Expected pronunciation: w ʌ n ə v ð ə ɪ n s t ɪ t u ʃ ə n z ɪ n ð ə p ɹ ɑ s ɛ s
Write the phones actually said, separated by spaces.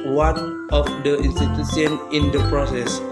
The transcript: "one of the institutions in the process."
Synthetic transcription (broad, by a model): w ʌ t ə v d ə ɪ n s t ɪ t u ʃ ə n ɪ n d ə p ɹ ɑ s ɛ s